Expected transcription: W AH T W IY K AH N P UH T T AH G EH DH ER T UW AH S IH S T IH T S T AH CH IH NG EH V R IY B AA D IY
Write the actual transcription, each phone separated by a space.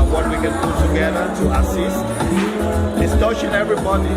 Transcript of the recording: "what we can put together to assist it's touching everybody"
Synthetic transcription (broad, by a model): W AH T W IY K AH N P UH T T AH G EH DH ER T UW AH S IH S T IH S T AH SH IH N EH V R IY B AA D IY